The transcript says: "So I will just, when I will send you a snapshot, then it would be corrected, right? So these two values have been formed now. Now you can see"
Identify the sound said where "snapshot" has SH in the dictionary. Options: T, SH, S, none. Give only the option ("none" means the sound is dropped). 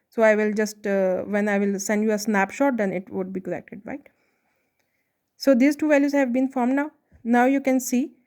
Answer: SH